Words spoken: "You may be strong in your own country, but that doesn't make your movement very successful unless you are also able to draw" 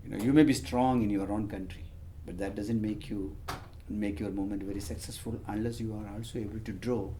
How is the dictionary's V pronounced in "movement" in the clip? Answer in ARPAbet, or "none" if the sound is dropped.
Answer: none